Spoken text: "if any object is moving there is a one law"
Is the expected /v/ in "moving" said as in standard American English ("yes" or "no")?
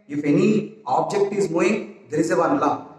no